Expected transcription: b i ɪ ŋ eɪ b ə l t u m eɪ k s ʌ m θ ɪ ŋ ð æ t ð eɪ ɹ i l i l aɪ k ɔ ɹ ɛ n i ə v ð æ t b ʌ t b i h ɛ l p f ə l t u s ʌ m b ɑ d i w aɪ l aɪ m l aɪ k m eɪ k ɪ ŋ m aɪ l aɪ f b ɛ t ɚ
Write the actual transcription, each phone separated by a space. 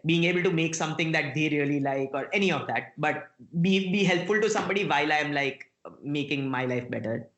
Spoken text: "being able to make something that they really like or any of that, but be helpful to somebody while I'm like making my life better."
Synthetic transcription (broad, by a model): b i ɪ ŋ eɪ b ə l t u m eɪ k s ʌ m t ɪ ŋ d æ t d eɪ ɹ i l i l aɪ k ɔ ɹ ɛ n i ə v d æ t b ʌ t b i h ɛ l p f ə l t u s ʌ m b ɑ d i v aɪ l aɪ m l aɪ k m eɪ k ɪ ŋ m aɪ l aɪ f b ɛ t ɚ